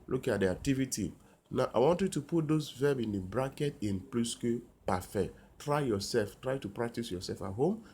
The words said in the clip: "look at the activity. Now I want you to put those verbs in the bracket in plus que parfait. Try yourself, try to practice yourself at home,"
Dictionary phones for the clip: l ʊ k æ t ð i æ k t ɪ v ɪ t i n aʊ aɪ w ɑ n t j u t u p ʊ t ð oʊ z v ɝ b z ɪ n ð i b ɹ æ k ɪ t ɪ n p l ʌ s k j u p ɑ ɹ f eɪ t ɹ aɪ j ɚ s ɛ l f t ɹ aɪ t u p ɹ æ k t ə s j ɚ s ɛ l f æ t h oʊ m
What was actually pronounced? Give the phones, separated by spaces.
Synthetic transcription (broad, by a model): l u k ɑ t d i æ k t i v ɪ t i n aʊ aɪ w ɑ n t j u t u p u t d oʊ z v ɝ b ɪ n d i b ɹ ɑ k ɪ t ɪ n p l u s k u p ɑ f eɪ t ɹ aɪ j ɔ s ɛ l f t ɹ aɪ t u p ɹ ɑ k t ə s j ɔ s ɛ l f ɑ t h oʊ m